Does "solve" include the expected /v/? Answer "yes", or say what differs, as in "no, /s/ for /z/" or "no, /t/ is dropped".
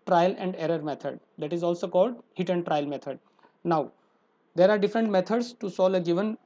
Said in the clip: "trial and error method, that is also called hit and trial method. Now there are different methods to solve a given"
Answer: no, /v/ is dropped